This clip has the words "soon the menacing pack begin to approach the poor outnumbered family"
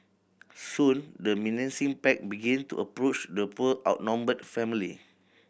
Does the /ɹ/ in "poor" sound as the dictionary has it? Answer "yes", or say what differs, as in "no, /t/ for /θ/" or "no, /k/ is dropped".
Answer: no, /l/ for /ɹ/